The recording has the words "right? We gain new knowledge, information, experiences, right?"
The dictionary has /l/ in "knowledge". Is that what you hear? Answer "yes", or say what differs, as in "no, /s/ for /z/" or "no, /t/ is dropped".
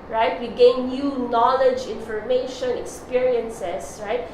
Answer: yes